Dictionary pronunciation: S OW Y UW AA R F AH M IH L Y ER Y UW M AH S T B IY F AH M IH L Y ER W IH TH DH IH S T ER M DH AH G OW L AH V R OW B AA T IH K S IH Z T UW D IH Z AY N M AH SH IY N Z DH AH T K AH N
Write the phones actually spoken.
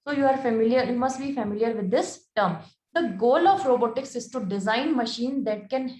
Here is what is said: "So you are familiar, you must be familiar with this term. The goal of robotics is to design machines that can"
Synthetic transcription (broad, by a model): S OW Y UW AA R F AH M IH L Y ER Y UW M AH S T B IY F AH M IH L Y ER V IH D IH S T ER M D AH G OW L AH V R OW B AA T IH K S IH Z T UW D IH Z AY N M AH SH IY N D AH T K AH N